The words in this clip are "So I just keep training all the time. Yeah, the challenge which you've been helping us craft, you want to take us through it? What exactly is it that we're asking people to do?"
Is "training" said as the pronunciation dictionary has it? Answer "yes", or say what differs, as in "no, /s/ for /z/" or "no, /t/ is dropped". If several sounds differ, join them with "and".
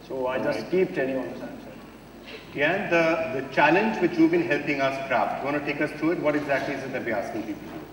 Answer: no, /ɹ/ is dropped and /l/ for /n/